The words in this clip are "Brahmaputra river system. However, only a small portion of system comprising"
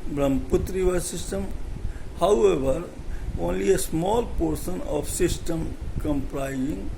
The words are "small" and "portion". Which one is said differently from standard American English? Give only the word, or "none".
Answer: portion